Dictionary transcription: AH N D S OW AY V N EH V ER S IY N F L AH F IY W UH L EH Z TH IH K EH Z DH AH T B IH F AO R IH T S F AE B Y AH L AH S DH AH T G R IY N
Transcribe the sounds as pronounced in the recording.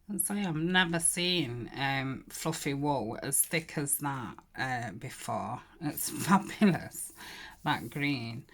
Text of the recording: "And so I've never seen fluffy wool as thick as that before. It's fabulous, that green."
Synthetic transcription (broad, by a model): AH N S OW AY V N EH V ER S IY N F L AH F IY W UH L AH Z TH IH K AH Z DH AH T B IH F AO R IH T S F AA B Y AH L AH S DH AH T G R IY N